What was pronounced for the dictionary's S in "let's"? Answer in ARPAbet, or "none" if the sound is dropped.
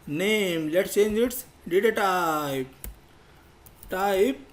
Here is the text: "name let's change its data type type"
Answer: none